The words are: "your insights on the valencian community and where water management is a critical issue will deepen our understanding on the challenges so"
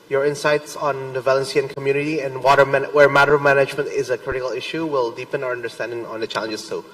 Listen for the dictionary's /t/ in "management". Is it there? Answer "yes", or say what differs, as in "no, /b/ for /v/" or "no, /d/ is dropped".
yes